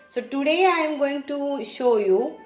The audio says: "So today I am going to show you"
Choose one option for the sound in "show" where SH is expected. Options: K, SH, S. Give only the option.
SH